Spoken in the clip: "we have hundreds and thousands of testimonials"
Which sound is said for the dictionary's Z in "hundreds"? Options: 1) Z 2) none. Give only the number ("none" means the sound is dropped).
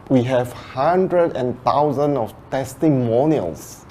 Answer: 2